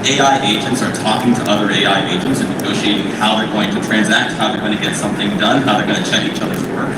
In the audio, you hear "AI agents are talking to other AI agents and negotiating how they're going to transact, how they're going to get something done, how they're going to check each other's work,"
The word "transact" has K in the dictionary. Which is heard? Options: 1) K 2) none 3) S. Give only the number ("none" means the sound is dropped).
1